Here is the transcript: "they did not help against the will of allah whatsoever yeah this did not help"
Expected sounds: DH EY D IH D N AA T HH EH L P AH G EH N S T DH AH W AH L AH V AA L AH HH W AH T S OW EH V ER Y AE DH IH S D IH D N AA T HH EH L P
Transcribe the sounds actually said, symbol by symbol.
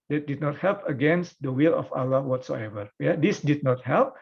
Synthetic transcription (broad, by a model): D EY D IH D N AA T HH EH L P AH G EH N S T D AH W AH L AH F AA L AH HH W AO T S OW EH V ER Y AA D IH S D IH D N AA T HH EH L P